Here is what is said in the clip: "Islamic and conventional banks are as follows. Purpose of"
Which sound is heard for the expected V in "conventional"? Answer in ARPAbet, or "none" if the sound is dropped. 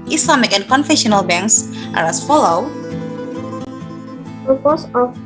F